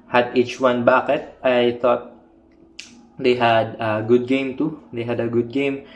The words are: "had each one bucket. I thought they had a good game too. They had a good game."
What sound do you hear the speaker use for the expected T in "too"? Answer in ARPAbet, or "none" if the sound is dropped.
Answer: T